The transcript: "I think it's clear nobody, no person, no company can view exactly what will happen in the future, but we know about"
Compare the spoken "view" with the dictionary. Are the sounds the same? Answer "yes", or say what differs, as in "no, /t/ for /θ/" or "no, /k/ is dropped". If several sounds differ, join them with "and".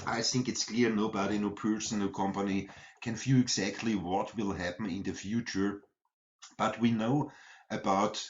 no, /f/ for /v/